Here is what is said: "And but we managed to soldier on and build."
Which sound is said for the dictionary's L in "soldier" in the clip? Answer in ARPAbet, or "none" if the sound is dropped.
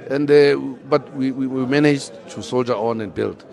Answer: L